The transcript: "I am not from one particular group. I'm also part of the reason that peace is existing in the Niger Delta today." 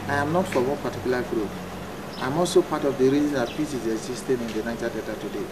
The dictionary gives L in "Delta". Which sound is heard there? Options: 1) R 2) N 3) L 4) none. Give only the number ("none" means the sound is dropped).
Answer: 4